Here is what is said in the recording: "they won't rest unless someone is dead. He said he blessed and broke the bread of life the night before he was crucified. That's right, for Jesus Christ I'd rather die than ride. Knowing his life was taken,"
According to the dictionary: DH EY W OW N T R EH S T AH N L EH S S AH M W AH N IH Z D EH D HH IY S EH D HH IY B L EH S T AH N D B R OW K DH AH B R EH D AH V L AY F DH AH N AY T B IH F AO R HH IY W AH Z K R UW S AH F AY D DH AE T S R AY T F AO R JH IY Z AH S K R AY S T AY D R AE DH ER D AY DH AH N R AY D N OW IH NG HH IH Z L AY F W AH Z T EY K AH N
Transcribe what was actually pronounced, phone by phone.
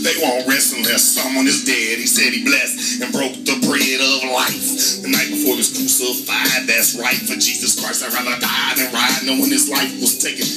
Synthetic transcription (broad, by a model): DH EY W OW N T R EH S AH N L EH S S AH M W AH N IH Z D EH D HH IY S EH D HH IY B L EH S T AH N B R OW K DH AH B R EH D AH V L AY F DH AH N AY T B IH F AO R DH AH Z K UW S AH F AY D DH AE T S R AY T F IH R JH IY Z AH S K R AY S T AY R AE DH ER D AY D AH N R AY N OW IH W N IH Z L AY F W AH Z T EY K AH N